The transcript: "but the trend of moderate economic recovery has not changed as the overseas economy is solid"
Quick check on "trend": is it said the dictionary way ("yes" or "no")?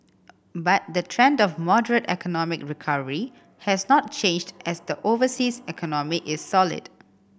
yes